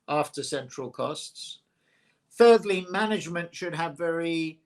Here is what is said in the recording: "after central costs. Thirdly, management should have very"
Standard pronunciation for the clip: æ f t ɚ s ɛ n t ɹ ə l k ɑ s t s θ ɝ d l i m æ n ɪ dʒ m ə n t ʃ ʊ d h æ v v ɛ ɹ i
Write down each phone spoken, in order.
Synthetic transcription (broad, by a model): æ f t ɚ s ɛ n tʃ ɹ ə l k ɑ s t s θ ɝ d l i m æ n ɪ dʒ m ə n t ʃ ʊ d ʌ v v ɛ ɹ i